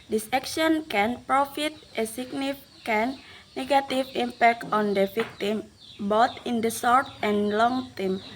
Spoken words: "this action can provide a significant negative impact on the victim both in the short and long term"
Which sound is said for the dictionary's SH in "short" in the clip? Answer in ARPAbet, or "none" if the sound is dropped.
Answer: S